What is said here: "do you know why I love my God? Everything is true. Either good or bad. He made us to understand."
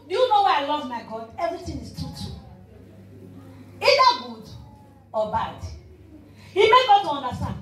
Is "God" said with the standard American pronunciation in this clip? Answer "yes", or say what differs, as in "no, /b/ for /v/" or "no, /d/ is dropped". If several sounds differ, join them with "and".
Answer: yes